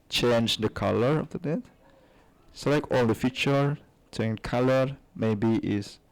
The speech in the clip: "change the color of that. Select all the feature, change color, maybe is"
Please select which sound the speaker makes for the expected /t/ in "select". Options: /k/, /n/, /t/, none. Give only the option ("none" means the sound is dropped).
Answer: none